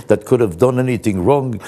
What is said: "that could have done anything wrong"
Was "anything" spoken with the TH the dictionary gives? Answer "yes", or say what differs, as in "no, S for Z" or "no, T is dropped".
yes